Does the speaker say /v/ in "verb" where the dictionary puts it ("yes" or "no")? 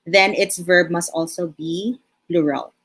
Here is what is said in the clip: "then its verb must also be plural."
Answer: yes